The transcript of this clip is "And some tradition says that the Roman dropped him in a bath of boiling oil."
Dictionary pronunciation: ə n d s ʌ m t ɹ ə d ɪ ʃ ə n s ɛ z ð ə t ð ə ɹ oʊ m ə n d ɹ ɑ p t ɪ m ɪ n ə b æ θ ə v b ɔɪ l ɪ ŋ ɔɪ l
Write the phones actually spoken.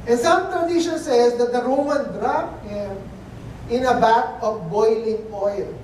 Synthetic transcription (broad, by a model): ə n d s ʌ m t ɹ ə d ɪ ʃ ə n s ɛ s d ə t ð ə ɹ oʊ m ə n d ɹ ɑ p ɪ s ɪ n ə b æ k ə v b ɔɪ l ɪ ŋ ɔɪ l